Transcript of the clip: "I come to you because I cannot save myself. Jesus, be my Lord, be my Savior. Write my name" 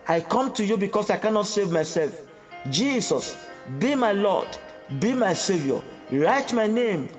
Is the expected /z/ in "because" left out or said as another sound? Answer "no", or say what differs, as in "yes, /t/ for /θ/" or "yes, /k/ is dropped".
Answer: yes, /s/ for /z/